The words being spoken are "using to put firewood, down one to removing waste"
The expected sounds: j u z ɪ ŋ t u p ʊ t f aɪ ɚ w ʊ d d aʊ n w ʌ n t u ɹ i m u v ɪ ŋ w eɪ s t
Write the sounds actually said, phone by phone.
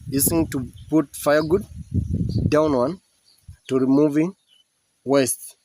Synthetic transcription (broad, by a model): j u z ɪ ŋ t u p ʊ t f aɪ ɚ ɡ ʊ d d aʊ n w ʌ n t u ɹ i m u v ɪ ŋ w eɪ s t